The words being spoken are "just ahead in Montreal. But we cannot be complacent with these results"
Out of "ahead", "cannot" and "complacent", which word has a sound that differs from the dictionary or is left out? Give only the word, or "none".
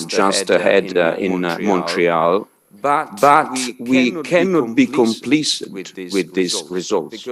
complacent